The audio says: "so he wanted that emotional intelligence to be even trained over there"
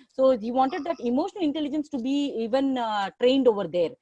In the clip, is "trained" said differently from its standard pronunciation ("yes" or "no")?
no